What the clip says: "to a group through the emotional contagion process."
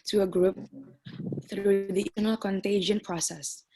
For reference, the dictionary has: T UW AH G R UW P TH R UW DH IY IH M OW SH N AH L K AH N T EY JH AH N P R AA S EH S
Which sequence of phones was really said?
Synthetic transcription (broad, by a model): T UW AH G R UW P TH R UW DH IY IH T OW N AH L K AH N T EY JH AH N P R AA S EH S